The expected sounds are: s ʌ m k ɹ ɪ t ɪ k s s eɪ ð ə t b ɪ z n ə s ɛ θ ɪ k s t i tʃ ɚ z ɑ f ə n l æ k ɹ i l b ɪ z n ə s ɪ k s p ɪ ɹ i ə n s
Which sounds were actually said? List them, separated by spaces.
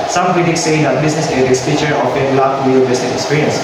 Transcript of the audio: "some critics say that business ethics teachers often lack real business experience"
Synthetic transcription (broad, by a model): s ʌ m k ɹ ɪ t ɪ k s s eɪ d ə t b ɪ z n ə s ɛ t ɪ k s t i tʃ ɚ ɑ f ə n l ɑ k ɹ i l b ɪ s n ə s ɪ k s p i ɹ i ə n s